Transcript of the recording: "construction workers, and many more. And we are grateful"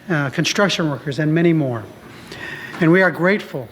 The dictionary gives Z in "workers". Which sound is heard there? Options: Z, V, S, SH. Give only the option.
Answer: Z